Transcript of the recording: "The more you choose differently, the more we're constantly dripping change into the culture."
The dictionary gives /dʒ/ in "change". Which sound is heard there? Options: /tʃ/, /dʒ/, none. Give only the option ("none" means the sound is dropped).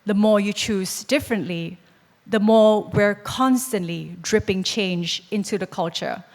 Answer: /dʒ/